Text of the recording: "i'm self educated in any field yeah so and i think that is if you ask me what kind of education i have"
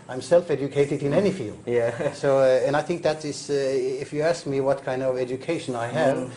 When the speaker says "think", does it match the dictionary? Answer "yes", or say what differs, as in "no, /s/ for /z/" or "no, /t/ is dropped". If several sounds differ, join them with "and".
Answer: yes